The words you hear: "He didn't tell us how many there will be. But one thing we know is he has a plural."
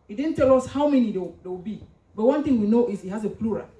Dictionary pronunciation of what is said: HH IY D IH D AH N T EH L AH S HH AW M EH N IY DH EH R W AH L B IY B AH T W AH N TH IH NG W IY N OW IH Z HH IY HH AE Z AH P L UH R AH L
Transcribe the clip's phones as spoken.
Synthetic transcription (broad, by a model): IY D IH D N T EH L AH S HH AW M EH N IY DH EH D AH W B IY B AH T W AH N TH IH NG W IY N OW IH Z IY HH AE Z AH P L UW R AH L